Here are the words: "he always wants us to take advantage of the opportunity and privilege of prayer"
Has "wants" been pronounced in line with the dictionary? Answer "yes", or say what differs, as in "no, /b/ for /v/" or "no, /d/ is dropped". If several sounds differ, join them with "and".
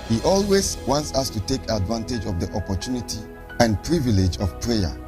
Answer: yes